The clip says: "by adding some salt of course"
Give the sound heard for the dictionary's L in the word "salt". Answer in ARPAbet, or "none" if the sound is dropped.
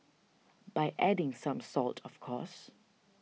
L